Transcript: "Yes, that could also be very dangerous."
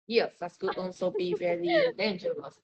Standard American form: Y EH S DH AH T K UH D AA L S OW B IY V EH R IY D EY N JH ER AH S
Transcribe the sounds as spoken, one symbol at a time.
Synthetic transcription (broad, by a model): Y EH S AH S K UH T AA N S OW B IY V EH R IY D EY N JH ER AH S